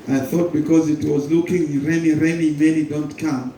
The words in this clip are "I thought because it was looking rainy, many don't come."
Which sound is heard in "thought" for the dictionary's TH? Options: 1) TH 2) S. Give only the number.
1